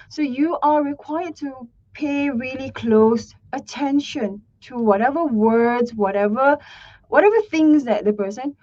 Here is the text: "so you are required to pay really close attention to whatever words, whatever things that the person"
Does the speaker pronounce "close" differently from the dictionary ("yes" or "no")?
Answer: no